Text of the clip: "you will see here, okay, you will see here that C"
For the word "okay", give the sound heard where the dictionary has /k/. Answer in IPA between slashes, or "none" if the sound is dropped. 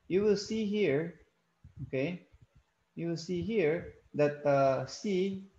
/k/